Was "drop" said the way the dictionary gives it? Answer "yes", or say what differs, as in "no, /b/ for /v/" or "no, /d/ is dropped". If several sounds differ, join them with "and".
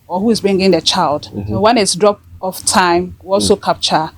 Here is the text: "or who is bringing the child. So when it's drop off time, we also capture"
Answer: yes